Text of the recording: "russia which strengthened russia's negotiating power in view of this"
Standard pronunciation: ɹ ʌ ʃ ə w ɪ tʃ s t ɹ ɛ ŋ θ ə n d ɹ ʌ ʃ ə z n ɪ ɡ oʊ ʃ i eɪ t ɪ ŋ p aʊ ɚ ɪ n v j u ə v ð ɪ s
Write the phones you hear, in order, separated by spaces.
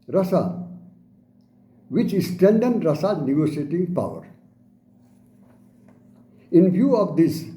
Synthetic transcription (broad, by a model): ɹ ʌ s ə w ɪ tʃ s t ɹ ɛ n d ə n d ɹ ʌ s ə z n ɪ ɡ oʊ s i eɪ t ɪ ŋ p aʊ ɚ ɪ n v j u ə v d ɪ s